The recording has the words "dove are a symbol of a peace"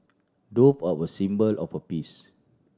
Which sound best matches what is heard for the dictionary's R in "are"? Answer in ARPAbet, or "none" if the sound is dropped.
W